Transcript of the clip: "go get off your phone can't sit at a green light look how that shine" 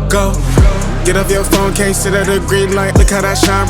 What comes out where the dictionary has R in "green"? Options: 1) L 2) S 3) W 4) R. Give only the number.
4